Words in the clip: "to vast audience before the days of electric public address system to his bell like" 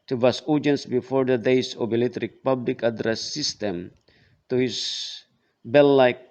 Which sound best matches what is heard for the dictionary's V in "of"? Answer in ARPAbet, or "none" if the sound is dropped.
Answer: B